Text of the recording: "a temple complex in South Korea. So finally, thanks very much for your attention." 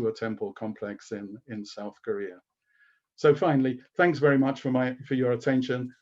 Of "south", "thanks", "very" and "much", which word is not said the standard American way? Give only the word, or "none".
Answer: none